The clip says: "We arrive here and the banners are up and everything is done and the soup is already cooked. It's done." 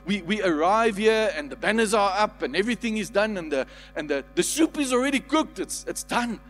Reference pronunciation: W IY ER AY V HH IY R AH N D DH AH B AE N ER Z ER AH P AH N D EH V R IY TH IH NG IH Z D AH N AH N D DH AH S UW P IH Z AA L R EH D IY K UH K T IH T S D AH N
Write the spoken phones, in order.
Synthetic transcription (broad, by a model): W IY ER AY V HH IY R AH N DH AH B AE N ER Z ER AH P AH N EH V R IY TH IH NG IH Z D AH N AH N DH DH AH S UW P IH Z AA L R EH D IY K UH K T IH T S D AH N